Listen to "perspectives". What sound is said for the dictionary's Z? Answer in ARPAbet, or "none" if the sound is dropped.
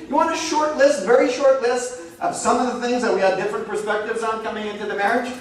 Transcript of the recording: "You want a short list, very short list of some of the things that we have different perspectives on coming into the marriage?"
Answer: Z